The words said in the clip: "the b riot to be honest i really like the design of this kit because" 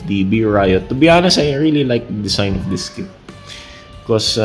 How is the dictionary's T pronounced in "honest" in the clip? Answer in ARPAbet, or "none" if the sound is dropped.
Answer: none